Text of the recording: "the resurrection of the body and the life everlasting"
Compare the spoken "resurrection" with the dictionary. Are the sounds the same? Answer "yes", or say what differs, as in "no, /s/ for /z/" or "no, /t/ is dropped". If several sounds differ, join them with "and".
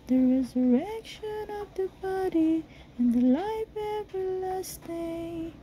yes